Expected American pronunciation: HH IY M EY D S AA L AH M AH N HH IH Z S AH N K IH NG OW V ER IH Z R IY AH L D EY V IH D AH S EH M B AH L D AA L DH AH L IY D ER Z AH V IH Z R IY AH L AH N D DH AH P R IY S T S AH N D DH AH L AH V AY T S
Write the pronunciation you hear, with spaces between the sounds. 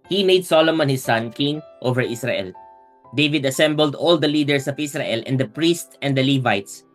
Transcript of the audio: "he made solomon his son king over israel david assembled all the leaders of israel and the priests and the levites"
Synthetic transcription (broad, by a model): HH IY M EY D S AA L AH M AH N HH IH S AH N K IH NG OW V ER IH S R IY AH L D EY V IH D AH S EH M B AH L D AA L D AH L IY D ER S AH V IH S R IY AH L AH N D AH P R IY S T S AH N D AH L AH V AY T S